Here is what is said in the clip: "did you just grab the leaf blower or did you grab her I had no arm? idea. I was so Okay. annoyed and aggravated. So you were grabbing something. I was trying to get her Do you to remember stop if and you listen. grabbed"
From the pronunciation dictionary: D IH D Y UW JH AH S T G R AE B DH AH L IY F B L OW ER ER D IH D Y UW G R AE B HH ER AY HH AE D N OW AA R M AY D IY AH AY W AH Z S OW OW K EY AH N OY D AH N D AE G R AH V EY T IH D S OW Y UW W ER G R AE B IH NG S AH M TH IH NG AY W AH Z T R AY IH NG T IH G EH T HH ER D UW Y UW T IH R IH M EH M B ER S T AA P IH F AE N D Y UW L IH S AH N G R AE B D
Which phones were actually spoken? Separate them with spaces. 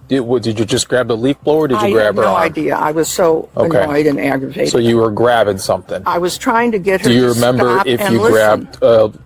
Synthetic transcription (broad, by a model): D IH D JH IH JH AH S G R AE B DH AH L IY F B L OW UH ER D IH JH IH G R AE B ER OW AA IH D IY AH AY W AH Z S OW OW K EY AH OY D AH N AE G R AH V EY IH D S OW Y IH W ER G R AE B IH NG S AH M TH IH NG AY W AH Z T R AY IH NG T IH G EH T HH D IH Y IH R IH M EH M B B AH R IH F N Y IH L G R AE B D